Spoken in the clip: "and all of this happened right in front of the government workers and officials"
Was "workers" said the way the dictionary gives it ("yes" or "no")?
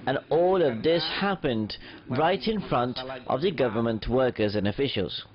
yes